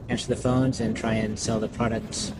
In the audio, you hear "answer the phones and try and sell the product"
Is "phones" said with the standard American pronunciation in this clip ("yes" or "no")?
yes